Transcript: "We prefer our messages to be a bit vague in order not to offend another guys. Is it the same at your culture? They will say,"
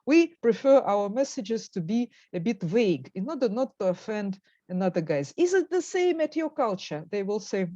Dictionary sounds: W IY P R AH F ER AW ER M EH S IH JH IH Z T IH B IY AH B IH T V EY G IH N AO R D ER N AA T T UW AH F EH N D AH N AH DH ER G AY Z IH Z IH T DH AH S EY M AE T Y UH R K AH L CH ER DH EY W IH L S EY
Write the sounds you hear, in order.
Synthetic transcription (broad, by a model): W IY P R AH F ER AW ER M EH S IH JH IH Z T IH B IY AH B IH T V EY G IH N AO R D ER N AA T T UW AH F EH N D AH N AH DH ER G AY Z IH Z IH T DH AH S EY M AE T Y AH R K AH L CH ER DH EY W IH L S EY